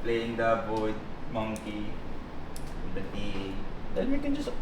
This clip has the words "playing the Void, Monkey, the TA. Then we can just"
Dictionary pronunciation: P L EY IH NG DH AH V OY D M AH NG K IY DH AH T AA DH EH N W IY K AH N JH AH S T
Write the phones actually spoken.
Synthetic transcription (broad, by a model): P L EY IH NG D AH B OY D M AH NG K IY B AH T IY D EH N W IY K AH N JH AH S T